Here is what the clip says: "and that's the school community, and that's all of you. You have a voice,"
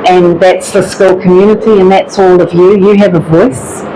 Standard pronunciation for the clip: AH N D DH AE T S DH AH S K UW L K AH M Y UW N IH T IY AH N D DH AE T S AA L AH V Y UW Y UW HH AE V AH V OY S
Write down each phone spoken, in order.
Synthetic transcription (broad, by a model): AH N DH AE T S DH AH S K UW L K AH M Y UW N IH T IY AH N DH AE T S AA L AH V Y UW Y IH V AH V OY S